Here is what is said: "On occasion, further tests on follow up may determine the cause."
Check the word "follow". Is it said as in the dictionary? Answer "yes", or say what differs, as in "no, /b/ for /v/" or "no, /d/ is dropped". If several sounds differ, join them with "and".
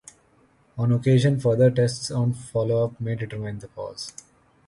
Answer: yes